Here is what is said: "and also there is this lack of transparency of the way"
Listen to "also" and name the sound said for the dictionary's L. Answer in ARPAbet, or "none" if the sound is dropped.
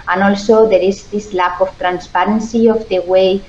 L